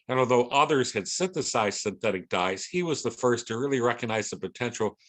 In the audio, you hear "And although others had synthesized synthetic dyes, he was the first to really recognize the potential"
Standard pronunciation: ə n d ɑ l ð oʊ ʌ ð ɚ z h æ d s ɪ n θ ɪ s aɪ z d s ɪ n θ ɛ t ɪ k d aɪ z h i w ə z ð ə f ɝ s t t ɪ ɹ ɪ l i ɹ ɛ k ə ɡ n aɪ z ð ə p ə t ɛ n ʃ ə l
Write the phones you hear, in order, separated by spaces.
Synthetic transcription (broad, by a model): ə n ɑ l ð oʊ ʌ ð ɚ z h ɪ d s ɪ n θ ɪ s aɪ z s ɪ n θ ɛ t ɪ k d aɪ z h i w ə z ð ə f ɝ s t t ɪ ɹ ɪ l i ɹ ɛ k ə ɡ n aɪ z ð ə p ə t ɛ n ʃ l